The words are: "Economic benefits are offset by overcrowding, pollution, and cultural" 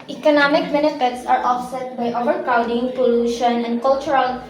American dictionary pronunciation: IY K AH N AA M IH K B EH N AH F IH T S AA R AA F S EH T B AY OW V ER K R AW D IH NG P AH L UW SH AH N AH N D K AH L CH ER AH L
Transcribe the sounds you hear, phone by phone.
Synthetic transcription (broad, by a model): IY K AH N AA M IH K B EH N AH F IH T S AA R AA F S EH T B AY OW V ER K AW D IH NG P AH L UW SH AH N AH N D K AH L CH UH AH L